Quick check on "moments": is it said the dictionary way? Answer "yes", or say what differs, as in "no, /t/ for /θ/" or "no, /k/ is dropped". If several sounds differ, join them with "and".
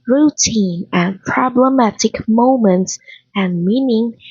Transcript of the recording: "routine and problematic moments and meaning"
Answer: yes